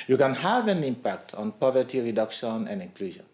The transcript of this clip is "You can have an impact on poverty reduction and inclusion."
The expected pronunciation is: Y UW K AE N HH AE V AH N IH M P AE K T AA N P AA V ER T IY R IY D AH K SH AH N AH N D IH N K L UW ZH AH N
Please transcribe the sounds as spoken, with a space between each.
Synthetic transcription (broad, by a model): Y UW K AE N HH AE V AH N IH M P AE K T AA N P AA V ER T IY R IY D AH K SH AH N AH N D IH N K L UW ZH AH N